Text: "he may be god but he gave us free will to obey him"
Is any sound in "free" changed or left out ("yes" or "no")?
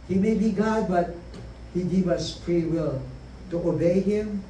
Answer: yes